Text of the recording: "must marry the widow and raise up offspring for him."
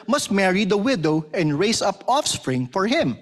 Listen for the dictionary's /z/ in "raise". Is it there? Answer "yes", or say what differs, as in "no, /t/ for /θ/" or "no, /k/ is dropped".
no, /s/ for /z/